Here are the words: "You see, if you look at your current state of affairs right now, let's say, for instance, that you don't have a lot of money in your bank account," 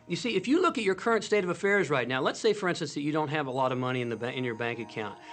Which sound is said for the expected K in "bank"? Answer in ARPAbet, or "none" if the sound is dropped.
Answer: K